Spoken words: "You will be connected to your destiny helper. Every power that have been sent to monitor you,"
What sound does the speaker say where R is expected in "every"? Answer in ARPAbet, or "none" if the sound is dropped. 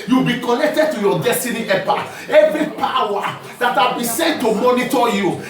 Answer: R